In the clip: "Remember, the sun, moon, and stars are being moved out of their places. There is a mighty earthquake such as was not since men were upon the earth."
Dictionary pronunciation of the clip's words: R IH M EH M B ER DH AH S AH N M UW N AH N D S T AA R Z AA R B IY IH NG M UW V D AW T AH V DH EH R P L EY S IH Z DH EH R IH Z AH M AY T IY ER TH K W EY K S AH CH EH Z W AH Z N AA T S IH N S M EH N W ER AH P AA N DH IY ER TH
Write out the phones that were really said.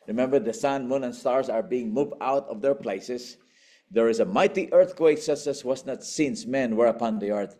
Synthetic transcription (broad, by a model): R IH M EH M B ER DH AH S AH N M UW N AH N S T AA R S AA R B IY IH NG M UW V D AW T AH V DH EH R P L EY S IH S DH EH R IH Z AH M AY T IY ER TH K W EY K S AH S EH S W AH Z N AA T S IH N S M EH N W ER AH P AA N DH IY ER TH